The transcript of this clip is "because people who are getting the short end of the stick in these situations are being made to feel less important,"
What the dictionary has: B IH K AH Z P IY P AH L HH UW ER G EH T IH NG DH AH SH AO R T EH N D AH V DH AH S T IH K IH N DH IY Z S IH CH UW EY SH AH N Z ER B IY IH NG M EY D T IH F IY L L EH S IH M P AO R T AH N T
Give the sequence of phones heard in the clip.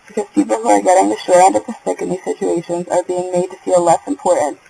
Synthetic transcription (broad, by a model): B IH K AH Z P IY P L HH UW ER G EH T IH NG DH AH SH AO R EH N D AH V DH AH S T IH K IH N DH IY Z S IH CH UW EY SH AH N Z ER B IY IH NG M EY D T IH F IY L L EH S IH M P AO R T N T